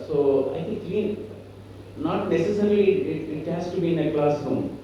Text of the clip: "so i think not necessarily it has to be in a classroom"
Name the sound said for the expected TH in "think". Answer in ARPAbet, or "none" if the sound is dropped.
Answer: T